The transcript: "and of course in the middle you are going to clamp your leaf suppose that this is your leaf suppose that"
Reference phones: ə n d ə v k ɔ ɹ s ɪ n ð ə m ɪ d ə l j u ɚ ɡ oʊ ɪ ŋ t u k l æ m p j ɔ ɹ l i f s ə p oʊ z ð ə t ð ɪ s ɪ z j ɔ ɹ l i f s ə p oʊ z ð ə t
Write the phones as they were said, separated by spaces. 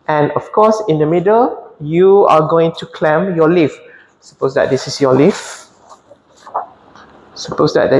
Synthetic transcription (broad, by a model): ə n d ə f k ɔ s ɪ n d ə m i d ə l j u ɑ ɡ oʊ ɪ ŋ t u k l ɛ m j ɔ l i f s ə p oʊ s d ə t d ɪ s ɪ s j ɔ l i f s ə p oʊ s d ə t